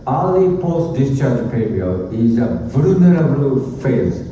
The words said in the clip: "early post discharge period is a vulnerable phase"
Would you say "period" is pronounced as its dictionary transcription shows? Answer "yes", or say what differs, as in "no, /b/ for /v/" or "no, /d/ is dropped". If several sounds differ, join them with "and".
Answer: no, /d/ is dropped